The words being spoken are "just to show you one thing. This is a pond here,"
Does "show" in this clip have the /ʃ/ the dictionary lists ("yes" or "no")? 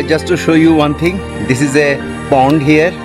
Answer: yes